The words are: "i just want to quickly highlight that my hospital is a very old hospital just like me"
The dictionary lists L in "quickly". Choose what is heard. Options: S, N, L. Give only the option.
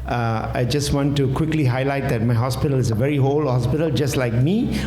L